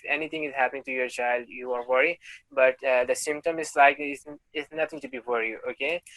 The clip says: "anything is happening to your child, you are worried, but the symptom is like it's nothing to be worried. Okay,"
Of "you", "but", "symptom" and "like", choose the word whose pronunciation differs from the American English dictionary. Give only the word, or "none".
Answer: none